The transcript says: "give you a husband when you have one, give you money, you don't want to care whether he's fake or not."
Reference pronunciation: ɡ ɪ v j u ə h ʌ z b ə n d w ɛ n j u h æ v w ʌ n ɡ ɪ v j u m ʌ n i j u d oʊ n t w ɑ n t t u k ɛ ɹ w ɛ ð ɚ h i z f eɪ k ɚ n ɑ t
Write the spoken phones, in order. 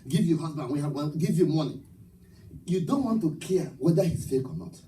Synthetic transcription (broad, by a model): ɡ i v j u h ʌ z b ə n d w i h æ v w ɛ l ɡ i v j u m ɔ n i j u d oʊ n t w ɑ n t t u k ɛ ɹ w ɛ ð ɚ h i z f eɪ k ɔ n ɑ t